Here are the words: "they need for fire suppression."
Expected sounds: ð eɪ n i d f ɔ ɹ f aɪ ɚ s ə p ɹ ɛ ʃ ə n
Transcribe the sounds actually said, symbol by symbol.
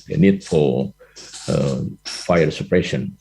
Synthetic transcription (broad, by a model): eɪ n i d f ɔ l f aɪ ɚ s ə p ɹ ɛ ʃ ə n